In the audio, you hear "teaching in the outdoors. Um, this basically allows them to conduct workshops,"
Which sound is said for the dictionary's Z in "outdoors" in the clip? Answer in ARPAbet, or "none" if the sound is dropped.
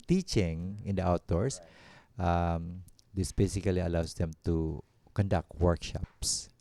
S